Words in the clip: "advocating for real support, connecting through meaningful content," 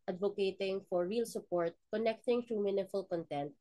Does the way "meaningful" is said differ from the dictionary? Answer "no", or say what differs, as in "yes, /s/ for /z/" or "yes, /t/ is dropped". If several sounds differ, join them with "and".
yes, /ŋ/ is dropped